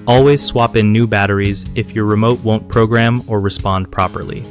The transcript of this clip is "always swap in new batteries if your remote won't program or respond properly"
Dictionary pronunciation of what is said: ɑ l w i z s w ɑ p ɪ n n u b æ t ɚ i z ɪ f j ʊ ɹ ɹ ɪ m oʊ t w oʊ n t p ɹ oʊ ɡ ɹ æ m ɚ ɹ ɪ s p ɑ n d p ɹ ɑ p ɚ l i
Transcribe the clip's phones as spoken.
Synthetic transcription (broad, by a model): ɑ l w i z s w ɑ p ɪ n n u b æ t ɚ i z ɪ f j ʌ ɹ ɹ ɪ m oʊ t w oʊ n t p ɹ oʊ ɡ ɹ æ m ɚ ɹ ɪ s p ɑ n d p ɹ ɑ p ɚ l i